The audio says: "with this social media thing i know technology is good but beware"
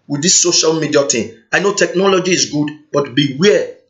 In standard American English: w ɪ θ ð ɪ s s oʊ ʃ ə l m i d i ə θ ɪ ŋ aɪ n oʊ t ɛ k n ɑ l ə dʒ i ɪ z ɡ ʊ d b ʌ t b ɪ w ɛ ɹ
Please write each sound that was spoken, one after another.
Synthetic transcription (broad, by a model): w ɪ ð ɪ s s oʊ ʃ ə l m i d i ə t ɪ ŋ aɪ n oʊ t ɛ k n ɑ l ə dʒ i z ɡ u d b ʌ t b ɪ w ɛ